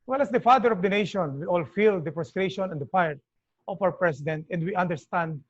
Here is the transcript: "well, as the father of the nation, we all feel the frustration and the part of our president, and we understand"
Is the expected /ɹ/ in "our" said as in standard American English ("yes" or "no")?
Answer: yes